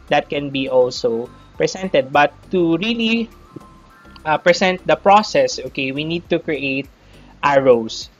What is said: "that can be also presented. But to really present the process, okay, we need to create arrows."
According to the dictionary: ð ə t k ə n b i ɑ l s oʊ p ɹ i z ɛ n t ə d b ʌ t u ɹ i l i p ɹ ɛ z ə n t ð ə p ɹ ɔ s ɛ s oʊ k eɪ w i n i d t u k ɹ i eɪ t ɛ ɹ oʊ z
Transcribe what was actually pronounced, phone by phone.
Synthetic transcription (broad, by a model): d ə t k ə n b i ɑ l s oʊ p ɹ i s ɛ n t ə d b ʌ t u ɹ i l i p ɹ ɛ s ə n t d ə p ɹ ɔ s ɛ s oʊ k eɪ w i n i d t u k ɹ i eɪ t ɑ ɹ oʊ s